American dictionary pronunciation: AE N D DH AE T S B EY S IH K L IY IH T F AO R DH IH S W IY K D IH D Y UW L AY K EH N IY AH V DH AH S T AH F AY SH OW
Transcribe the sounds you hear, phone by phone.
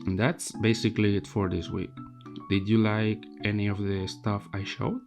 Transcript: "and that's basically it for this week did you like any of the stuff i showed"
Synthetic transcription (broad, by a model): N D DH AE T S B EY S IH K L IY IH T F AO R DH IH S W IY K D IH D Y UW L AY K EH N IY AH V DH AH S T AH F AY SH OW